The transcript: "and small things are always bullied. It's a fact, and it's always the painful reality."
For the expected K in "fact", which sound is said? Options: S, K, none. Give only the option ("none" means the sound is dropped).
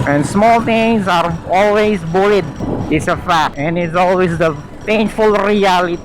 none